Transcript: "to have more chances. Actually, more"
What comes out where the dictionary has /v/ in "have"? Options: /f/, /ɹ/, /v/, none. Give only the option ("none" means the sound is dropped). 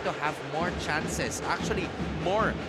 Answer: /v/